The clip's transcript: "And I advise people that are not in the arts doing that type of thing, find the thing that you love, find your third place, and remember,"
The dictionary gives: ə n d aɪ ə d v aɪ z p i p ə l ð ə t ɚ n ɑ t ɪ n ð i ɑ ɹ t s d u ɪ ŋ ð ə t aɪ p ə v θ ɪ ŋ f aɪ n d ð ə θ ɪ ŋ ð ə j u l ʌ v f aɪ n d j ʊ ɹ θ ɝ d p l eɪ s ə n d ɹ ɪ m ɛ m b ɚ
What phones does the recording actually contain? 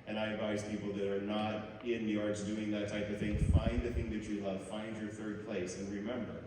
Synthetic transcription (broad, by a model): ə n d aɪ ə d v aɪ z p i p l ð ə t ɚ n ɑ t ɪ n ð i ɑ ɹ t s d u ɪ ŋ ð ə t aɪ p ə v θ ɪ ŋ f aɪ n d ð ə θ ɪ ŋ ð ə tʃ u l ʌ v f aɪ n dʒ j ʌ ɹ θ ɝ d p l eɪ s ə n ɹ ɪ m ɛ m b ɚ